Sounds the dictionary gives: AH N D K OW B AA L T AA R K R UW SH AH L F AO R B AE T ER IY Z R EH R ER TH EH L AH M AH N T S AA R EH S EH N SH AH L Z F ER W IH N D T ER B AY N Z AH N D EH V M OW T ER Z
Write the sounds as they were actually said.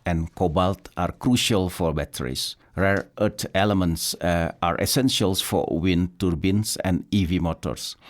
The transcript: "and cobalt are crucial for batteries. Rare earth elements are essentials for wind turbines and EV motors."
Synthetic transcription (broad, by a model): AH N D K OW B AA L T AA R K R UW SH AH L F AO R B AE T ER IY S R EH R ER T EH L AH M AH N T S AA R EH S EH N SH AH L S F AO W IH N T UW B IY N S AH N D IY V M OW T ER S